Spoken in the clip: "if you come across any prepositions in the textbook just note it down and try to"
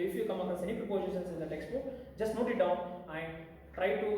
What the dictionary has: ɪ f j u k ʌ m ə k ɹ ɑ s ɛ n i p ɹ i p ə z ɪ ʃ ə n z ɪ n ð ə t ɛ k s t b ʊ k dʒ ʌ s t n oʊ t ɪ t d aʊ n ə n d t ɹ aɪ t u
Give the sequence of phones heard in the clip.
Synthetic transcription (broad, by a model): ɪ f j u k ʌ m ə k ɑ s ɛ n i p ɹ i p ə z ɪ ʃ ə n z ɪ n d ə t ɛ k s t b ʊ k dʒ ʌ s t n oʊ t ɪ t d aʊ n ə n d t ɹ aɪ t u